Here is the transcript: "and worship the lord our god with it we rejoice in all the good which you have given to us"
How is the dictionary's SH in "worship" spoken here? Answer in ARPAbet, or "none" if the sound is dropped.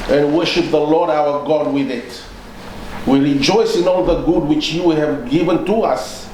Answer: SH